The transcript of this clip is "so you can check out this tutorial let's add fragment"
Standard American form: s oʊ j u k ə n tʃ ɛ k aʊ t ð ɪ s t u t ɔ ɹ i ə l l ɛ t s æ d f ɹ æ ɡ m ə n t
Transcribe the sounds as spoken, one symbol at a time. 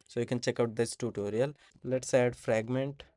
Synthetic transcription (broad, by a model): s oʊ j u k ə n tʃ ɛ k aʊ t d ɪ s t u t ɔ ɹ i ə l l ɛ t s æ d f ɹ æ ɡ m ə n t